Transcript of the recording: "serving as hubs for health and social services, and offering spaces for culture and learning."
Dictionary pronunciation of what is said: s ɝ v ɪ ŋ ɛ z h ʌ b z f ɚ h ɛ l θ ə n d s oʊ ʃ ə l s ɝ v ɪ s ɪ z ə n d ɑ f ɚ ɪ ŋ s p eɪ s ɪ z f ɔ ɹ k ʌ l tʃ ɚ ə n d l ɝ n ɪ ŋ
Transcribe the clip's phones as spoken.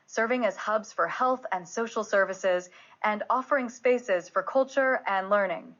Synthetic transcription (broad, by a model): s ɝ v ɪ ŋ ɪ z h ʌ b z f ɚ h ɛ l θ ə n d s oʊ ʃ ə l s ɝ v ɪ s ɪ z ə n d ɑ f ɚ ɪ ŋ s p eɪ s ɪ z f ɔ ɹ k ʌ l tʃ ɚ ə n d l ɝ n ɪ ŋ